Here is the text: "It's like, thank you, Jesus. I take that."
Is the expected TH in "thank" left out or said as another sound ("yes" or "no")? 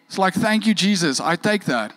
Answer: no